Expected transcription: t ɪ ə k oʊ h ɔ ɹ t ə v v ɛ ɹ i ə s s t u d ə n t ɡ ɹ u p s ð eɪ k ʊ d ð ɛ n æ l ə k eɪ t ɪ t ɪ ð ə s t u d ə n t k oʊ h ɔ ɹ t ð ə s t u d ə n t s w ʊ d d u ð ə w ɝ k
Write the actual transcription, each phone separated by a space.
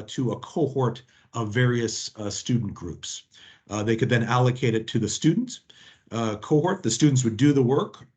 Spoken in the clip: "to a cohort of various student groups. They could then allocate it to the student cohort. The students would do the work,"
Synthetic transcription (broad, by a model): t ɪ ə k oʊ h ɔ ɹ t ə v v ɛ ɹ i ə s s t u d n ɡ ɹ u p s ð eɪ k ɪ d ð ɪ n æ l ə k eɪ t ɪ t ɪ ð ə s t u d n t k oʊ h ɔ ɹ t ð ə s t u d n t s w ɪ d d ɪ ð ə w ɝ k